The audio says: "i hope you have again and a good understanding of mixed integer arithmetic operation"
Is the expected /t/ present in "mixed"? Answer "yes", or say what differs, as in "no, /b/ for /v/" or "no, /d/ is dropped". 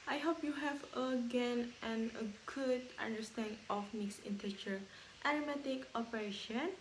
no, /t/ is dropped